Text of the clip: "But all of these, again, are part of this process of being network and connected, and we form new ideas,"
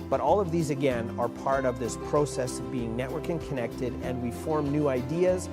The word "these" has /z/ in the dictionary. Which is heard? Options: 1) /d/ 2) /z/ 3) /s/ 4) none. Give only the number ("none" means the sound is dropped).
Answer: 2